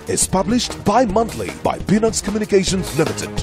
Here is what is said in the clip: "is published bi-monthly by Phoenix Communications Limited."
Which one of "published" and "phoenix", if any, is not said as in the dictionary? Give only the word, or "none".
phoenix